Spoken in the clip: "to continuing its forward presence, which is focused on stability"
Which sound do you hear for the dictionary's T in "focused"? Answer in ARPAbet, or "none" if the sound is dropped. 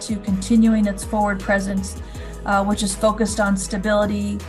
T